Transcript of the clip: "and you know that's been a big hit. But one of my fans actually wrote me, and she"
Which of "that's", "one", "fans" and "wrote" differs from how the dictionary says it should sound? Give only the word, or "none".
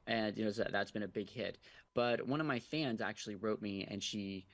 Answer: none